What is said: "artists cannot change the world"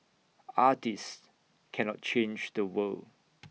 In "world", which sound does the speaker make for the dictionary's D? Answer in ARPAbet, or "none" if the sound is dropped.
none